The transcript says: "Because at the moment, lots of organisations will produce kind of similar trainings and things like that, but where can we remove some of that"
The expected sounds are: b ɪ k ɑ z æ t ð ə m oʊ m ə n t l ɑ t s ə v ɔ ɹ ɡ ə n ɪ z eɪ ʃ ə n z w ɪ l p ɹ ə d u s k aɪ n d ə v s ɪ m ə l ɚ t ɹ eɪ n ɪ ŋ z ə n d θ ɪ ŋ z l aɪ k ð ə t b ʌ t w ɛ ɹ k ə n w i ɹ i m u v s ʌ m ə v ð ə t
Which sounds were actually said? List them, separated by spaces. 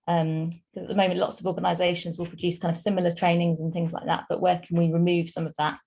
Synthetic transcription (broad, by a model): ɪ k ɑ z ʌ t ð ə m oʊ m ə n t l ɑ t s ə v ɔ ɡ ə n ɪ z eɪ ʃ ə n z w ɪ l p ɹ ə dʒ u s k aɪ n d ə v s ɪ m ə l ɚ t ɹ eɪ n ɪ ŋ z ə n θ ɪ ŋ z l aɪ k ð ə t b ʌ t w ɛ k ə n w i ɹ i m u v s ʌ m ə v ð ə t